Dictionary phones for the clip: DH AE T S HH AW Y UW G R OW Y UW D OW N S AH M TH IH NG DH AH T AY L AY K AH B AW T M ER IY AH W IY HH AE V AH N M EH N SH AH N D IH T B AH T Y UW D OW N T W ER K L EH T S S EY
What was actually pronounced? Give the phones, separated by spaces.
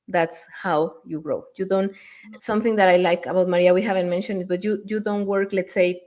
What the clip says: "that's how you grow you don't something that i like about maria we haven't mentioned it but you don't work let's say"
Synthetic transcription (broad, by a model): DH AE T S HH AW Y UW G R OW Y UW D OW N S AH M TH IH NG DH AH T AY L AY K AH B AW T M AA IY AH W IY HH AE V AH N M EH N SH AH N D IH T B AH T Y UW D OW N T W ER K L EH T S S EY